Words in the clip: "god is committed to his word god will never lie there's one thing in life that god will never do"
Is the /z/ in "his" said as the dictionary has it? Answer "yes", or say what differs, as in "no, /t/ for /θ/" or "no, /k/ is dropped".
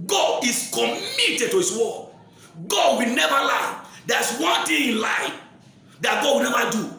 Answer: no, /s/ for /z/